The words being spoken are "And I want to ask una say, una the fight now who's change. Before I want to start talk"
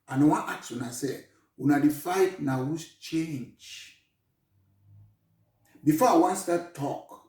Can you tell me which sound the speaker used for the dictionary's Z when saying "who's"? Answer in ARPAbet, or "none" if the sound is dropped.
S